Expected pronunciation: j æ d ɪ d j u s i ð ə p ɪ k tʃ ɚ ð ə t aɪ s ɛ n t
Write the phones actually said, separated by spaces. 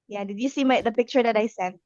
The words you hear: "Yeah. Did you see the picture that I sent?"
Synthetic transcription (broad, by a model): j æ d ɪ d j u s i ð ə p ɪ k tʃ ɚ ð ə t aɪ s ɛ n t